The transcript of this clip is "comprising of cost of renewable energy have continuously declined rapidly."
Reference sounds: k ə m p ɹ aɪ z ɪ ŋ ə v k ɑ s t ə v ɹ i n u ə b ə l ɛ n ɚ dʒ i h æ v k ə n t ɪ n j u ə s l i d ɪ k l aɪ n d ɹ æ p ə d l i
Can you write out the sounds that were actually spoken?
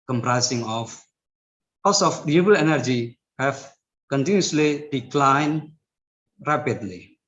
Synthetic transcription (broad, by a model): k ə m p ɹ aɪ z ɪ ŋ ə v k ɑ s ə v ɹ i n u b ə l ɛ n ɚ dʒ i h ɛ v k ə n t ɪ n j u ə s l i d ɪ k l aɪ n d ɹ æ p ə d l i